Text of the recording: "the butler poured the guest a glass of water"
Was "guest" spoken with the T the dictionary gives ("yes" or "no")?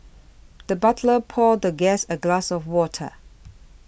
no